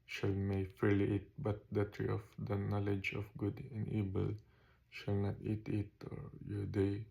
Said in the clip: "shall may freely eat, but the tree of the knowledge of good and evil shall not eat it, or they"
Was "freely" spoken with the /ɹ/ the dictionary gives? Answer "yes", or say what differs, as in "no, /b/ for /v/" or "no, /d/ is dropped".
no, /ɹ/ is dropped